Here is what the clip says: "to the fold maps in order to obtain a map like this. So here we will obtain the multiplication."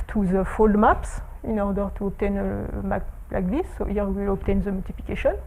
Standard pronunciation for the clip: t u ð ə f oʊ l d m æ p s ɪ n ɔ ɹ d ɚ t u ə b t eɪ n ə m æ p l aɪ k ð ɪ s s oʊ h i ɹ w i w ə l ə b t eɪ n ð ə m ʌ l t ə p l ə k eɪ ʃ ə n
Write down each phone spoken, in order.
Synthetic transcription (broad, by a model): t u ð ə f oʊ l d m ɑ p s ɪ n ɔ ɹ d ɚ t u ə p t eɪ n ə m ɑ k l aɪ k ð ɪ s s oʊ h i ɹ w i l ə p t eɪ n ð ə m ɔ l t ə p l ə k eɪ ʃ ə n